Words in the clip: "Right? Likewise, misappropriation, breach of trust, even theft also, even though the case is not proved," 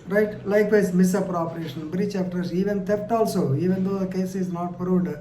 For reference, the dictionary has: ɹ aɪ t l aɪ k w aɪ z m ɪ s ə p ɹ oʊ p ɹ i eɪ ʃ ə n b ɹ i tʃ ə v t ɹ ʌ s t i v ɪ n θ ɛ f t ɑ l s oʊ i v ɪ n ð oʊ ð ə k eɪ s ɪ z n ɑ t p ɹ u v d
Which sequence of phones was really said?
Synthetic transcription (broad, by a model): ɹ aɪ t l aɪ k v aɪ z m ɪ s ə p ɹ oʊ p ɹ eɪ ʃ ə n b ɹ i tʃ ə f t ʌ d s i v ɪ n t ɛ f t ɑ l s oʊ i v ɪ n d oʊ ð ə k eɪ s ɪ z n ɑ t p ɹ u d